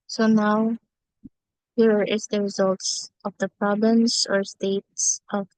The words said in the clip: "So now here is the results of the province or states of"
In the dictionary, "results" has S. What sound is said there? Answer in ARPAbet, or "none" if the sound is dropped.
S